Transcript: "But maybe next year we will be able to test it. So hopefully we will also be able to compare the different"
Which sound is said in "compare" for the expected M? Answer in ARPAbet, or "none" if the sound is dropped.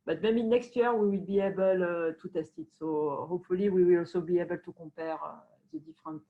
none